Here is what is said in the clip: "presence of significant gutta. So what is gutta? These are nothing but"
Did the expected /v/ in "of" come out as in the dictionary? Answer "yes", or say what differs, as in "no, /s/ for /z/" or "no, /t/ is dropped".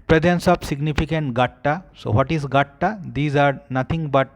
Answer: no, /b/ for /v/